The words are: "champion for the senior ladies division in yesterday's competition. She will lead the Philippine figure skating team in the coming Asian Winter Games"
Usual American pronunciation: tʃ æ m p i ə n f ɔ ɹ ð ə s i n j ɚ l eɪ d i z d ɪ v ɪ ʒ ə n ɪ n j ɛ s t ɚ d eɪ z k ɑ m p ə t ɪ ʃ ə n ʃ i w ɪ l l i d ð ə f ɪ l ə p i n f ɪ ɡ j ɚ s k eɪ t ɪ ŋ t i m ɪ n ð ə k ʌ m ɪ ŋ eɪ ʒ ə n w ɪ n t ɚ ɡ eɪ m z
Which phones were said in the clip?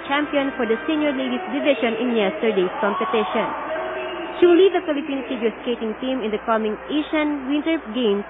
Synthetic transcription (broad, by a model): tʃ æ m p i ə n f ɔ ɹ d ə s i n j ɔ l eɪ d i s d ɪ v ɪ ʃ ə n ɪ n j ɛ s t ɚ d eɪ s k ɑ m p ə t ɪ ʃ ə n ʃ i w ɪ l l i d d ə f ɪ l ə p i n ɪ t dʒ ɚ s k eɪ t ɪ ŋ t i m ɪ n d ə k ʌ m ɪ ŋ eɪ ʃ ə n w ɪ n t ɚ ɡ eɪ m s